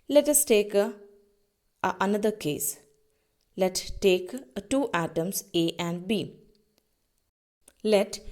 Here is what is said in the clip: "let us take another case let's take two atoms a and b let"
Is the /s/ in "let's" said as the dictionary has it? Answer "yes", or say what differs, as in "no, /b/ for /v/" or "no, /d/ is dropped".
no, /s/ is dropped